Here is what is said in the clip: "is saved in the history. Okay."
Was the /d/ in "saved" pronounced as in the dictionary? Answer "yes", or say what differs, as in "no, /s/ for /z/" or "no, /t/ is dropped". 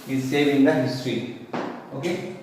no, /d/ is dropped